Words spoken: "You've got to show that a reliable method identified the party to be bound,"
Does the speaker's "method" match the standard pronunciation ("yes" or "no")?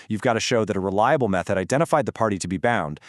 yes